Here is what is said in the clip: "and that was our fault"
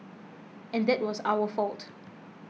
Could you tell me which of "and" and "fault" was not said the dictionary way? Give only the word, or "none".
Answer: none